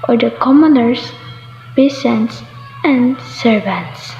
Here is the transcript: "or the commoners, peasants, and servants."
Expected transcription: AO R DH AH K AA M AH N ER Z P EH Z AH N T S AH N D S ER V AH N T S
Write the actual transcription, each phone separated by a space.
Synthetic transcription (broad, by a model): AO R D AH K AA M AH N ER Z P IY S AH N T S AH N D S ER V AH N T S